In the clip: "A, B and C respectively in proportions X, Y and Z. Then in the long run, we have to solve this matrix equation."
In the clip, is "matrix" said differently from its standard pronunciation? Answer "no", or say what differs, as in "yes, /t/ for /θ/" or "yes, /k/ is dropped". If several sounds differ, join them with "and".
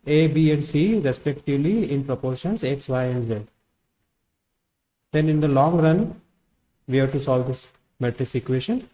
yes, /k/ is dropped